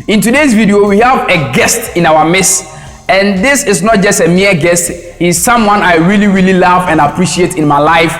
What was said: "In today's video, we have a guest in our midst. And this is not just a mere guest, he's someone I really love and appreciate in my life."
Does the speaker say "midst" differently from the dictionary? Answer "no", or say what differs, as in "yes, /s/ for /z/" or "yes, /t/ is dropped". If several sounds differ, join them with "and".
yes, /t/ is dropped